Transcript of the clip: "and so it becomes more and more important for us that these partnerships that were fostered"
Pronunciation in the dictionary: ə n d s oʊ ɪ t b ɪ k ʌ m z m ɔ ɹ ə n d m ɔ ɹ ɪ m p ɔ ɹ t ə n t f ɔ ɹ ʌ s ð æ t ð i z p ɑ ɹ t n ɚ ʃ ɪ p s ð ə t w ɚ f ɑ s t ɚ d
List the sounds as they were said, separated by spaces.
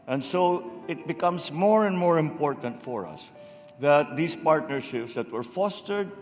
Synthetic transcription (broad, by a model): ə n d s oʊ ɪ t b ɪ k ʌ m s m ɔ ɹ ə n d m ɔ ɹ ɪ m p ɔ ɹ t ə n t f ɔ ɹ ʌ s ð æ t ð i s p ɑ ɹ t n ɚ ʃ ɪ p s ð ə t w ɚ f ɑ s t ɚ d